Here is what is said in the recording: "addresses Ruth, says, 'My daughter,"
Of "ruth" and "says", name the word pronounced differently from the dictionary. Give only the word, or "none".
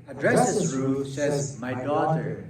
ruth